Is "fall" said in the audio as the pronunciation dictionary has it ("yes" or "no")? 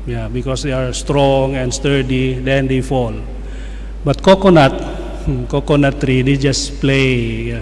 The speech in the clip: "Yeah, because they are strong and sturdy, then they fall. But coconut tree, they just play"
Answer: yes